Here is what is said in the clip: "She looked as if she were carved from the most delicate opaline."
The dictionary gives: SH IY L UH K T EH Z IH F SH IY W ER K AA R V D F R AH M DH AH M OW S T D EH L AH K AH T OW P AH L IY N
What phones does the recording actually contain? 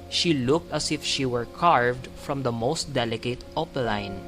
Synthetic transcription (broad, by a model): SH IY L UH K T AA S IH F SH IY W ER K AA R V D F R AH M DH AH M OW S T D EH L AH K AH T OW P L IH N